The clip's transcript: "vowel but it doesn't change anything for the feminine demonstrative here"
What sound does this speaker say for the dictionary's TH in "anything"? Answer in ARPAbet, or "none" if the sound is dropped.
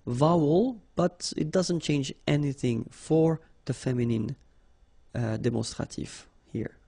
TH